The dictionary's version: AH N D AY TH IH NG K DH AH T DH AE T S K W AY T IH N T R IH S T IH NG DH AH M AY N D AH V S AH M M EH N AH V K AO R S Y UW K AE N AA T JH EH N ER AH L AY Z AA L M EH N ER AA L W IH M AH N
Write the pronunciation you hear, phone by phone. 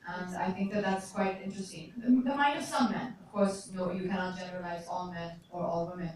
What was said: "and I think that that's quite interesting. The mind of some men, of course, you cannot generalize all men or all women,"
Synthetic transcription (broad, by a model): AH N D AY TH IH NG K DH AH T DH AE T S K W AY T IH N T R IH S T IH NG DH AH M AY N D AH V S AH M M EH N AH V K AO R S Y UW K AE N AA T JH EH N ER AH L AY Z AA L M EH N ER AA L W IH M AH N